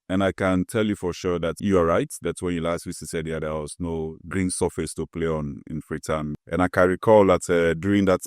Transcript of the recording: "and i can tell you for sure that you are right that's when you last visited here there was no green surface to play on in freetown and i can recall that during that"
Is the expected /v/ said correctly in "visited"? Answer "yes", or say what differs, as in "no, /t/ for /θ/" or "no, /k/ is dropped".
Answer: no, /w/ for /v/